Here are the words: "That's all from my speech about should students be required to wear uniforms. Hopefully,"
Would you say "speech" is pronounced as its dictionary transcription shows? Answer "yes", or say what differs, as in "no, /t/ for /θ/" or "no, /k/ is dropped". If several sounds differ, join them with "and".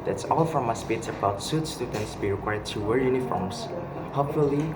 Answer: no, /s/ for /tʃ/